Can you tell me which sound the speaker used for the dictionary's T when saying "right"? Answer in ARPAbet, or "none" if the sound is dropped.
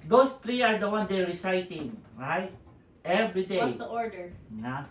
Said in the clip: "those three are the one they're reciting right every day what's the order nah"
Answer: T